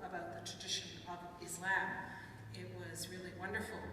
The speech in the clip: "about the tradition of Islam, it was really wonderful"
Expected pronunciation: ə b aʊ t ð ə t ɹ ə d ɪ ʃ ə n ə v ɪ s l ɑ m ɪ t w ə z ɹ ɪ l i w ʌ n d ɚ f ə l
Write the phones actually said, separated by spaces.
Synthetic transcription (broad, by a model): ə b aʊ t ð ə t ɹ ə d ɪ ʃ ə n ə v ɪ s l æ m ɪ t w ə z ɹ ɪ l i w ʌ n d ɚ f l